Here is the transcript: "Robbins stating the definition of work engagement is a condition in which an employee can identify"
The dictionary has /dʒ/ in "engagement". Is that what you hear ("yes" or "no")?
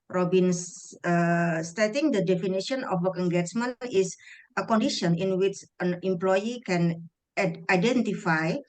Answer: no